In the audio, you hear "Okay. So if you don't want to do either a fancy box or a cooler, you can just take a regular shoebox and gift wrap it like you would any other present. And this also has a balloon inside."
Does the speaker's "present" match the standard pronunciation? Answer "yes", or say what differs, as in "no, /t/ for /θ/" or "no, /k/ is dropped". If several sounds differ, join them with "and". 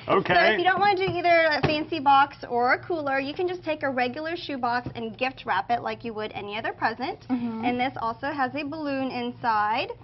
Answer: yes